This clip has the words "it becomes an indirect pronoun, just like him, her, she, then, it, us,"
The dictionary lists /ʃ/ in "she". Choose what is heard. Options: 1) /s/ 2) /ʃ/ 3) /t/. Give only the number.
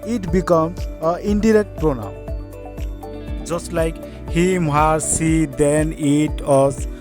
1